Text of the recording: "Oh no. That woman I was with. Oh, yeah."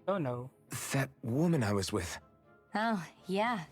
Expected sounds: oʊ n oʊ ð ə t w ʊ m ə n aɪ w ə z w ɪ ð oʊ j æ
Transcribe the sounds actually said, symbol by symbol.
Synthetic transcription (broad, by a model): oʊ n oʊ ð ə t w ʊ m ə n aɪ w ə z w ɪ ð oʊ j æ